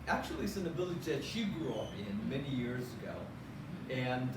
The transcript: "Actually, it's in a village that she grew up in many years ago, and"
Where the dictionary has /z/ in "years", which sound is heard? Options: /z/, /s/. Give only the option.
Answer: /z/